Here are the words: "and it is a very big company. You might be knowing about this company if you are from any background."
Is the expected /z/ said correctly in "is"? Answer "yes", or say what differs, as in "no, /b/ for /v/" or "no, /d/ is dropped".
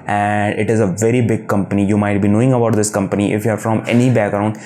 yes